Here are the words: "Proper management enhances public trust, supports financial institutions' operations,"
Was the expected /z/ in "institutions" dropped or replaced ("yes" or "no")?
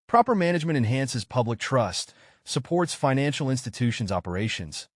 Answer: no